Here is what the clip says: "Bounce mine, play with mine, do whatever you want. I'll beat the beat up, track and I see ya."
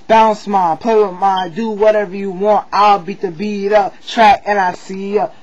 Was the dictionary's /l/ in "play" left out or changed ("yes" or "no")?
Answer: yes